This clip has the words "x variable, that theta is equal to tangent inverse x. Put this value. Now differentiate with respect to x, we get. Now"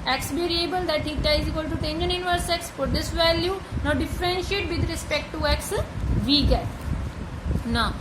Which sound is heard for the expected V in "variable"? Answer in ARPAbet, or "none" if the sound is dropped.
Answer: B